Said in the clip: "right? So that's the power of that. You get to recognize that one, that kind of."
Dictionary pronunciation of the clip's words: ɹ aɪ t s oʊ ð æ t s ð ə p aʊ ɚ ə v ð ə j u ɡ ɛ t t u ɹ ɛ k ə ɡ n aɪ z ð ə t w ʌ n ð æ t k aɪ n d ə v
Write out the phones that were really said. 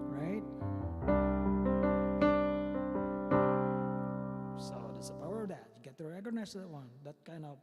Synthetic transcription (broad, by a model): ɹ aɪ t s oʊ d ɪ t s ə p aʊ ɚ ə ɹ ð ə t ɡ ɛ t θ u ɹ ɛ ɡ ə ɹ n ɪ s ð ə t w ʌ n ð æ t k aɪ n d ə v